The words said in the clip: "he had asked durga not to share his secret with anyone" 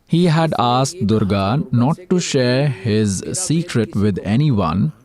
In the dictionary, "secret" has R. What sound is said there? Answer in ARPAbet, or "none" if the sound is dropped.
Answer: R